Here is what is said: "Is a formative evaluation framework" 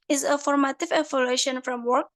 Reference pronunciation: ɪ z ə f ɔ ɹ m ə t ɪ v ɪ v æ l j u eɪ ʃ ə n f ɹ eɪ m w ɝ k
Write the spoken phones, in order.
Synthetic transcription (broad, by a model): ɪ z ə f ɔ ɹ m ə t ɪ v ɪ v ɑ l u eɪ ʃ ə n f ɹ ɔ m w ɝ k